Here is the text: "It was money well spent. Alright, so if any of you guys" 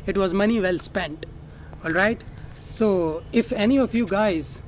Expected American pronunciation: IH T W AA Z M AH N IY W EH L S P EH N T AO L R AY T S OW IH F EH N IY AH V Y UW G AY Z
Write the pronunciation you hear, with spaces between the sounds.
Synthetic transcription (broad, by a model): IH T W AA Z M AH N IY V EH L S P EH N T AO L R AY T S OW IH F EH N IY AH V Y UW G AY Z